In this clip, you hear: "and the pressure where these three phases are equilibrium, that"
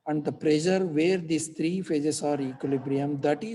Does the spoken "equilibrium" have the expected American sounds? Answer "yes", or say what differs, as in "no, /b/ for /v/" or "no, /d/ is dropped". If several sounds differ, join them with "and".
yes